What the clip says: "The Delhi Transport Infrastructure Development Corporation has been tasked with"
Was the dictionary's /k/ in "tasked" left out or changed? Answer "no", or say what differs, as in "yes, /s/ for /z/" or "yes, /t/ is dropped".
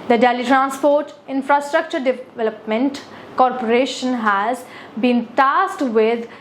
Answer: yes, /k/ is dropped